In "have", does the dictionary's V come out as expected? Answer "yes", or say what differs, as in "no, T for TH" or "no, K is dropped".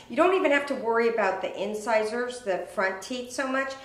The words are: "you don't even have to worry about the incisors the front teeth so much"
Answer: no, F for V